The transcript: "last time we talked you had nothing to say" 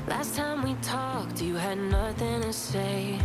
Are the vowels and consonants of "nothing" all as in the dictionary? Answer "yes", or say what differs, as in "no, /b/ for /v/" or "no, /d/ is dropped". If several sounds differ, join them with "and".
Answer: yes